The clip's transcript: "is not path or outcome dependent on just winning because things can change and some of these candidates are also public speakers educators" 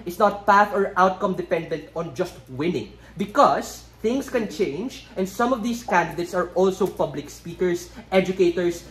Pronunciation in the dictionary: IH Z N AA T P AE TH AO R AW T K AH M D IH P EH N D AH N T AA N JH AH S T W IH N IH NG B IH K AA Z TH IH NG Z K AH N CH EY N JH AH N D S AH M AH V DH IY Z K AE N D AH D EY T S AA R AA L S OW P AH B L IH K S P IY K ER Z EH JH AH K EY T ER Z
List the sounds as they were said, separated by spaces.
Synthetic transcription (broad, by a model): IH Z N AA T P AE TH AO R AW T K AH M D IH P EH N D AH N T AA N JH AH S T W IH N IH NG B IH K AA S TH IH NG S K AH N CH EY N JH AH N D S AH M AH V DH IY S K AE N D AH D EY T S AA R AA L S OW P AH B L IH K S P IY K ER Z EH JH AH K EY T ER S